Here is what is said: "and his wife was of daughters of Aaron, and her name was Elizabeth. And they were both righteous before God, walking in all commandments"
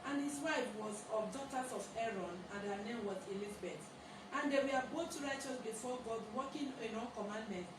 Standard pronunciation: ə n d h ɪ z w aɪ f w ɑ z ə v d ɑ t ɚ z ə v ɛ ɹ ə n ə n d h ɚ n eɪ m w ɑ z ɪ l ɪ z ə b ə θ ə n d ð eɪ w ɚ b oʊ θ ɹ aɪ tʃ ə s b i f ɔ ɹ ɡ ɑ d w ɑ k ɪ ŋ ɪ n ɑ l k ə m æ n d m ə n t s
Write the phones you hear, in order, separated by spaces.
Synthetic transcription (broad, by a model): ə n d h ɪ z w aɪ f w ɑ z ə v d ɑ t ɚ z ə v ɛ ɹ ə n ə n d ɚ n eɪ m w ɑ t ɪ l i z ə b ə t ə n d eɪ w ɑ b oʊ t ɹ aɪ tʃ ə s b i f ɔ ɡ ɑ d w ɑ k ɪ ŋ ɪ n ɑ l k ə m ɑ n d m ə n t